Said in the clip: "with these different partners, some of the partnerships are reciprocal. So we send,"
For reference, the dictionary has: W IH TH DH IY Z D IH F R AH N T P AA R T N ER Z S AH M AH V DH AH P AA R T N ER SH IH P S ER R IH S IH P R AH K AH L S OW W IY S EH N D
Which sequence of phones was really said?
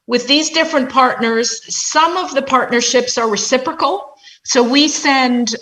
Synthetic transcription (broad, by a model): W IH DH IY Z D IH F R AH N P AA R T N ER Z S AH M AH V DH AH P AA R T N ER SH IH P S ER R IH S IH P R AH K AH L S OW W IY S EH N D